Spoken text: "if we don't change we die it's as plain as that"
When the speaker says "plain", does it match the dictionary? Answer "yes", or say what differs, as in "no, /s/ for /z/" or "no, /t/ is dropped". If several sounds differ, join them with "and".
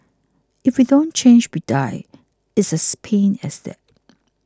no, /l/ is dropped